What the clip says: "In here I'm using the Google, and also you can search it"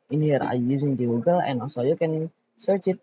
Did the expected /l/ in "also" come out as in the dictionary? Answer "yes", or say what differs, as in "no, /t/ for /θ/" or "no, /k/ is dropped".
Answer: no, /l/ is dropped